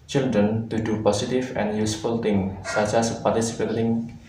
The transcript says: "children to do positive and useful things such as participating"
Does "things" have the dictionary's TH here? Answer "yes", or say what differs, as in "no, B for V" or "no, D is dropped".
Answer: no, T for TH